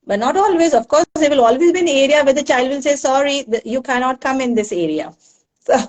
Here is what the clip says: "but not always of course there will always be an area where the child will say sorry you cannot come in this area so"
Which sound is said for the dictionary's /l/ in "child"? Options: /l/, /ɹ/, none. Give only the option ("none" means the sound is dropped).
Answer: /l/